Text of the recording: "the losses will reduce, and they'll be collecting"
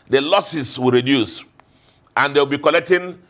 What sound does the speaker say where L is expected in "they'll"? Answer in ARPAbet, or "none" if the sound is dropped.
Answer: W